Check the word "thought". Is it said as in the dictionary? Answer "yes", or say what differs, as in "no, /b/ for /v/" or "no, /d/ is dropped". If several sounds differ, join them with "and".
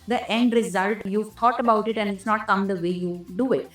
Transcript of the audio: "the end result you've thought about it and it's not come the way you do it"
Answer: no, /t/ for /θ/